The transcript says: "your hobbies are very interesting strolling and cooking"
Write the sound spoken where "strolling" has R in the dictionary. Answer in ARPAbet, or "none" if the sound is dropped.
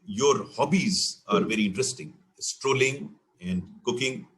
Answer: R